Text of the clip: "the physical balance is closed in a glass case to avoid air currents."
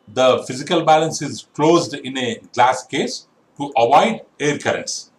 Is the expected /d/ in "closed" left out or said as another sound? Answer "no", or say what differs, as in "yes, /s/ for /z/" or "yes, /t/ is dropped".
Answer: no